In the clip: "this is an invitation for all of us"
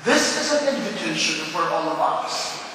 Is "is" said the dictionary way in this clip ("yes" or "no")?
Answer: yes